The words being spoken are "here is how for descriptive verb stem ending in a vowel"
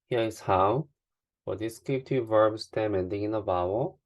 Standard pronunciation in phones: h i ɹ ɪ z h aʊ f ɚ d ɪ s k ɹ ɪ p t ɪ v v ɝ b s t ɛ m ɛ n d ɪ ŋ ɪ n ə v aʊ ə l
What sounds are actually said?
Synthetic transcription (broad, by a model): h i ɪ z h aʊ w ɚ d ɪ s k ɪ t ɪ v v ɝ b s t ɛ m ɛ n d ɪ ŋ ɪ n ə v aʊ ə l